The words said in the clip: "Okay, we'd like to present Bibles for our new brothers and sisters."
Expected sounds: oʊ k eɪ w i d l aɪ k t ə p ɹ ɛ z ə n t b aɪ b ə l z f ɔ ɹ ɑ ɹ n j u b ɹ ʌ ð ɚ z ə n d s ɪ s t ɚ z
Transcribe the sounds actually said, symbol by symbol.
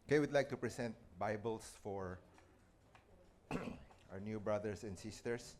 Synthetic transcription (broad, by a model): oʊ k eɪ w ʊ d l aɪ k t ə p ɹ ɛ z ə n t b aɪ b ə l s f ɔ ɹ ɑ ɹ n j u b ɹ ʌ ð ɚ s ə n d s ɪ s t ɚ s